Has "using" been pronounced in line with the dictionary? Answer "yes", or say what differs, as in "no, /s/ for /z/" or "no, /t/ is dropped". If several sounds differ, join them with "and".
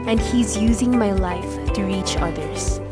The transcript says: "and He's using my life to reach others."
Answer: yes